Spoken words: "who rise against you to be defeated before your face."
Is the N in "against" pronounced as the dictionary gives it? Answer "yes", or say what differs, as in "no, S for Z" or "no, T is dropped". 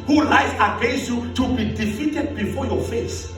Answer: no, N is dropped